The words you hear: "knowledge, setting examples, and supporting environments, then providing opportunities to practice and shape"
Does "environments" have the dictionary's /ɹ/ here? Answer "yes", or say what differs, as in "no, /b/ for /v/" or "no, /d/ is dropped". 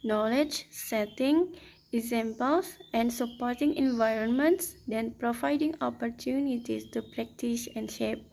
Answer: yes